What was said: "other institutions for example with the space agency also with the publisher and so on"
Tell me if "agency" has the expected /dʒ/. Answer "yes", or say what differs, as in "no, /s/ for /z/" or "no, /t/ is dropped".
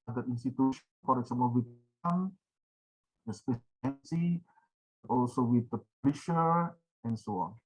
no, /dʒ/ is dropped